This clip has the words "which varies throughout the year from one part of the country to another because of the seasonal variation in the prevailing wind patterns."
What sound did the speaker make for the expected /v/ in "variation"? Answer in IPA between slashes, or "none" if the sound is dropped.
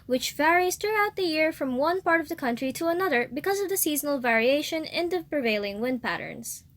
/v/